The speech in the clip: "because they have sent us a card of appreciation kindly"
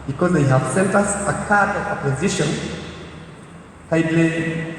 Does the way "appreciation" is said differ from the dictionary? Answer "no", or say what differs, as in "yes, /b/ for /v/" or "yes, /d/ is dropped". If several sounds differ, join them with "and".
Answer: yes, /ɹ/ is dropped